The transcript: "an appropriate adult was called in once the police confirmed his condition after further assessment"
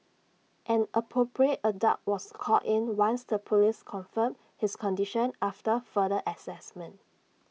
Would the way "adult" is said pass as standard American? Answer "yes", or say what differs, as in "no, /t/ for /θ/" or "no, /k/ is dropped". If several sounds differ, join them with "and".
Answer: no, /l/ is dropped